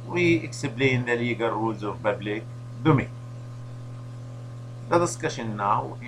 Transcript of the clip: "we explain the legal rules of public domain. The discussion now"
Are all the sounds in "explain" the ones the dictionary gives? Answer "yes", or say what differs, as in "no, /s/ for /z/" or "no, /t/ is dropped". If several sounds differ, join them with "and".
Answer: no, /b/ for /p/